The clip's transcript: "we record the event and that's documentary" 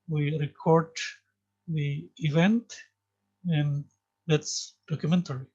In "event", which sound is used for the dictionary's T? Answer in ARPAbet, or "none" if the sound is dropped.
T